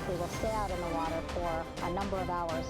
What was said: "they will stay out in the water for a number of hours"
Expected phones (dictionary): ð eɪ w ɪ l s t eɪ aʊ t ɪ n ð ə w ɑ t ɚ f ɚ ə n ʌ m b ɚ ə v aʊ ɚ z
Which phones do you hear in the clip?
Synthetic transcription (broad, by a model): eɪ w ɪ l s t aʊ t ɪ n ð ə w ɑ t ɚ f ɚ ə n ʌ m b ɚ ə v aʊ ɚ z